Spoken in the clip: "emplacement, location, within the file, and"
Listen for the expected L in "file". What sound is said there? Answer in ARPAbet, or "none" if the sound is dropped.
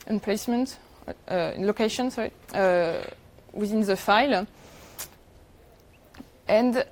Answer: L